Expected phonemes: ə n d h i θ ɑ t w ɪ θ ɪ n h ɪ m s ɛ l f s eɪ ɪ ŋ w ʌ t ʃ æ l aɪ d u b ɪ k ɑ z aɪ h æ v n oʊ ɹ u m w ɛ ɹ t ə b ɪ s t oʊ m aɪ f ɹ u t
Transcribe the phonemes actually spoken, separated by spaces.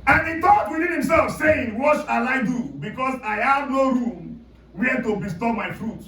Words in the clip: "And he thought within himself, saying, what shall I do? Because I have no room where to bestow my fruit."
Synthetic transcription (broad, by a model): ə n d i t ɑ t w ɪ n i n h ɪ m s ɛ l f s eɪ ɪ ŋ w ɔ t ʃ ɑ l aɪ d u b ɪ k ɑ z aɪ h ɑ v n oʊ ɹ u m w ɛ t ə b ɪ s t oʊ m aɪ f ɹ u t